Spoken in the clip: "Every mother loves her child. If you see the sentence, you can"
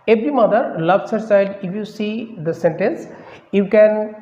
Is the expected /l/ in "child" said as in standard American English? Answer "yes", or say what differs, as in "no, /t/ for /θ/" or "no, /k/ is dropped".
yes